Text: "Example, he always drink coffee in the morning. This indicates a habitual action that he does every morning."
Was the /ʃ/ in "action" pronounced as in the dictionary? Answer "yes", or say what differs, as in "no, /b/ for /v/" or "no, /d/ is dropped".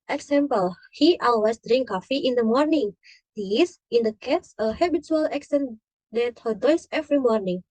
no, /s/ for /ʃ/